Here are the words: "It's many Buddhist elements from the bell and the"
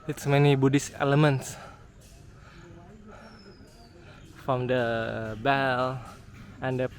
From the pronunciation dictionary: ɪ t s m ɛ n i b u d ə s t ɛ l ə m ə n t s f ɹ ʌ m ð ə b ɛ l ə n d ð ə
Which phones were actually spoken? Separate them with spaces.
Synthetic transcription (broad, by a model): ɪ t s m ɛ n i b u d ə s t ɛ l ə m ə n t s f ɹ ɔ m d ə b ɛ l ə n d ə